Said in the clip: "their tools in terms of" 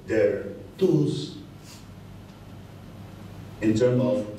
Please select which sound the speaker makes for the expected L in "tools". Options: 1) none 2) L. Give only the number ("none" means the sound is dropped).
1